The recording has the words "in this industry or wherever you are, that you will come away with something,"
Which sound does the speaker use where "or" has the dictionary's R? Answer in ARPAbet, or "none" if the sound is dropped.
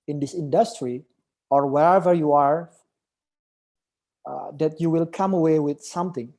R